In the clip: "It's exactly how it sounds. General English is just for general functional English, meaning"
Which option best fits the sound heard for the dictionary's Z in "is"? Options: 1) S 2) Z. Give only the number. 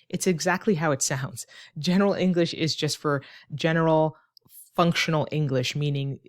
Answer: 2